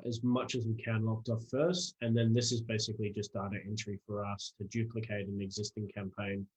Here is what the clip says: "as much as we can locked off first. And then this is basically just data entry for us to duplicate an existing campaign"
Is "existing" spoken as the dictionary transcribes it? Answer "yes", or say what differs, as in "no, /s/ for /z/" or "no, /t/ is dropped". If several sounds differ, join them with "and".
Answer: yes